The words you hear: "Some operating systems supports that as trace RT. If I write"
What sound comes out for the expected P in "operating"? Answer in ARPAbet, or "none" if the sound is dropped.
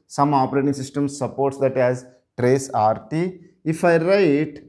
P